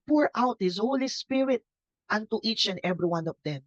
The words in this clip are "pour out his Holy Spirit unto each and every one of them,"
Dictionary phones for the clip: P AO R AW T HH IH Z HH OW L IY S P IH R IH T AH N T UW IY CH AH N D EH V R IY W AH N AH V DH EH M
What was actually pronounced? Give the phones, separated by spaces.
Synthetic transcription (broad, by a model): P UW R AW T HH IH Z HH OW L IY S P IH R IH T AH N T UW IY CH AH N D EH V R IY W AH N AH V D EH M